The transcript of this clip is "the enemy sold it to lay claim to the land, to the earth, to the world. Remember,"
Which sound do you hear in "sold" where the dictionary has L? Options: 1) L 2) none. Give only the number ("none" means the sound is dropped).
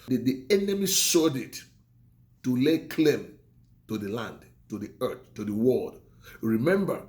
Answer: 2